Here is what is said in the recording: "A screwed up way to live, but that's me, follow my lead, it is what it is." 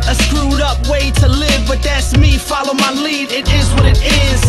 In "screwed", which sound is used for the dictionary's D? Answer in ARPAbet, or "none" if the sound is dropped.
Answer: D